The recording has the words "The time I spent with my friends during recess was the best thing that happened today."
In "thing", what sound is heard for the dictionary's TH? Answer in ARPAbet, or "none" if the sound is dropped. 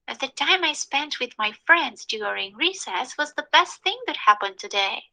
TH